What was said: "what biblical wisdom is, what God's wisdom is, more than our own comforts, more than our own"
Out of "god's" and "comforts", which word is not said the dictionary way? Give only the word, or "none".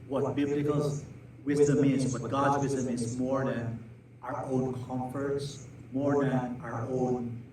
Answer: none